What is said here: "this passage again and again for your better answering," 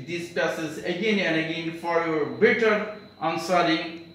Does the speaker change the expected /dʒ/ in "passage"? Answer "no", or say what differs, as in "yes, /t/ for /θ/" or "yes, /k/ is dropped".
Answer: yes, /z/ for /dʒ/